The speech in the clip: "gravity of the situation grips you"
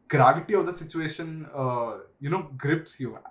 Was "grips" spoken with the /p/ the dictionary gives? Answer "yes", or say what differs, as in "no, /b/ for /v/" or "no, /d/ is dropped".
yes